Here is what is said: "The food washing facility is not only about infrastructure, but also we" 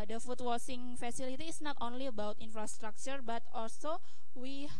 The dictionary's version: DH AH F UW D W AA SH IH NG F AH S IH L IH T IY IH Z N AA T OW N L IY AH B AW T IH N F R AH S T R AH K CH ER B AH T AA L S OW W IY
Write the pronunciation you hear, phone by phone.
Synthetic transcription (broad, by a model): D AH F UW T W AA S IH NG F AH S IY L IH T IY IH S N AA T OW N L IY AH B AW T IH N F R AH S T R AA K CH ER B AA T AA L S OW W IY